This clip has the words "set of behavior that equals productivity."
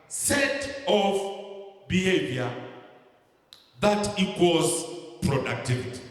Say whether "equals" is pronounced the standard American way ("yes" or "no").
no